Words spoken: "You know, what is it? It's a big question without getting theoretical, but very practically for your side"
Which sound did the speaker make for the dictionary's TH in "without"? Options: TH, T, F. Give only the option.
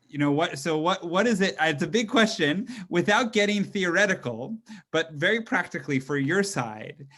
TH